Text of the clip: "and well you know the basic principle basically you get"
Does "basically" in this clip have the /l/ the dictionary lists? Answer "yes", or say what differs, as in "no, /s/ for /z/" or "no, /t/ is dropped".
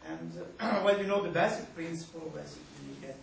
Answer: no, /l/ is dropped